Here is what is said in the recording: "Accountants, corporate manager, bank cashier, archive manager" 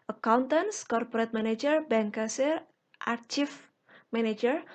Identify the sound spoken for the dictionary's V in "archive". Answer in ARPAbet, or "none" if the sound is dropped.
F